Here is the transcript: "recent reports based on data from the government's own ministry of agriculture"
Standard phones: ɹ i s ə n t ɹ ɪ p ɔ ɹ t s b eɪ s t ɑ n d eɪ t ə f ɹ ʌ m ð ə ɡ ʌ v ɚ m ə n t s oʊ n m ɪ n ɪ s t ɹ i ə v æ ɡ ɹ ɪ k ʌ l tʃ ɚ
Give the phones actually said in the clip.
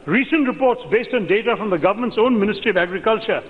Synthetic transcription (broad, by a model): ɹ i s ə n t ɹ ɪ p ɔ ɹ t s b eɪ s t ɑ n d eɪ t ə f ɹ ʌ m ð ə ɡ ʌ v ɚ m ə n t s oʊ n m ɪ n ɪ s t ɹ i ə v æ ɡ ɹ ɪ k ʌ l tʃ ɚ